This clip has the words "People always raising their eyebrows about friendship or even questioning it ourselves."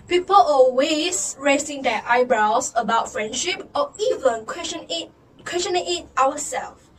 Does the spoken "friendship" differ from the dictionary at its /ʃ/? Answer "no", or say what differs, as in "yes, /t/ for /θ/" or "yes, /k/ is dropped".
no